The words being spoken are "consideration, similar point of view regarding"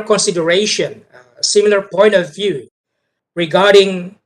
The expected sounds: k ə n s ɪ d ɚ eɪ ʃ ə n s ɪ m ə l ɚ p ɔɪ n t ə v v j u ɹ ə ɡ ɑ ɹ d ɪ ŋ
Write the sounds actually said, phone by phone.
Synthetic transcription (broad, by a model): k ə n s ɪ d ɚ eɪ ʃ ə n s ɪ m ə l ɚ p ɔɪ n t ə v v j u ɹ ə ɡ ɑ ɹ d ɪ ŋ